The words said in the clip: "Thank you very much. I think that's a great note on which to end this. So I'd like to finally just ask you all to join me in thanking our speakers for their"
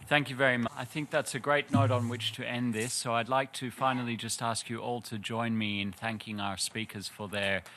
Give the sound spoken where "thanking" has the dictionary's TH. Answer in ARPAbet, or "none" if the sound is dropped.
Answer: TH